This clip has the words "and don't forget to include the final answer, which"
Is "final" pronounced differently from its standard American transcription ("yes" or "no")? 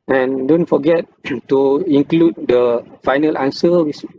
no